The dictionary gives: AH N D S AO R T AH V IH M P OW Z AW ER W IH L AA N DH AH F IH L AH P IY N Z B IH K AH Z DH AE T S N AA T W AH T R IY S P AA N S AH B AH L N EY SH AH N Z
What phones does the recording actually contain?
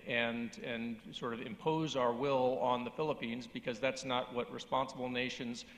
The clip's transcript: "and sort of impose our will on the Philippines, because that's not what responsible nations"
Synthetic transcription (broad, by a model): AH N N S AO R T AH V IH M P OW Z AW ER W IH L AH N DH AH F IH L AH P IY N Z B IH K AH Z DH AE T S N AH T W AH T R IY S P AA N S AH B L N EY SH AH N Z